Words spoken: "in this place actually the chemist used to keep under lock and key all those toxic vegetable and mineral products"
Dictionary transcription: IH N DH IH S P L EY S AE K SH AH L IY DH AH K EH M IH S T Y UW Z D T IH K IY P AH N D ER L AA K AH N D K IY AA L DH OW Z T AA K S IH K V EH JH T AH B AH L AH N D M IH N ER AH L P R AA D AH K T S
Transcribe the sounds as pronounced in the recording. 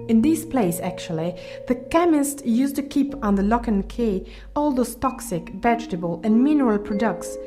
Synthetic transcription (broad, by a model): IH N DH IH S P L EY S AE K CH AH L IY DH AH K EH M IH S T Y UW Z T IH K IY P N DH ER L AA K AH N K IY AA L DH OW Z T AA K S IH K V EH JH T AH B AH L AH N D M IH N ER AH L P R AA D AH K T S